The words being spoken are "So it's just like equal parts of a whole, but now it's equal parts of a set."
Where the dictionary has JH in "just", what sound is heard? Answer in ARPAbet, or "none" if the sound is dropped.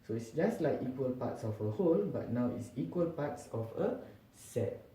JH